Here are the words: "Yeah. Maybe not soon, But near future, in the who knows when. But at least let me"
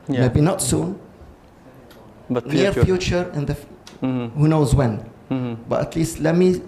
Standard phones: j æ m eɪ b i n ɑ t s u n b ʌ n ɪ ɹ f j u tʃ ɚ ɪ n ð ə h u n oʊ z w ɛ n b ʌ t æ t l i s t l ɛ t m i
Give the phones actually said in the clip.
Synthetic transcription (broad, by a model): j m eɪ b i n ɑ t s u n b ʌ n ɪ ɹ f j u tʃ ɚ ɪ n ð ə h u n oʊ z w ɛ n b ʌ t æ t l i s t l ɛ t m i